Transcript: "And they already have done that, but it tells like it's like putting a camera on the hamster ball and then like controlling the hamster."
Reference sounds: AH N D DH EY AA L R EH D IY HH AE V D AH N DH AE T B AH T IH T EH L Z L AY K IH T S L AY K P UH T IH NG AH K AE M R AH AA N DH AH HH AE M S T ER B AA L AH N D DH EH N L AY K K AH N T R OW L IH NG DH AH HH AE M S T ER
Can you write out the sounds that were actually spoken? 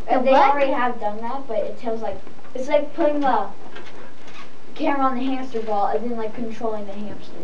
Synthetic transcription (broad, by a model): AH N DH EY AA L R EH D IY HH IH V D AH N DH AE T B AH T IH T EH L Z L AY K IH T S L AY K P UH T IH NG AH K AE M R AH N DH AH HH AE M S T ER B AA L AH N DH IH N L AY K K AH N T R OW L IH NG DH AH HH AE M S T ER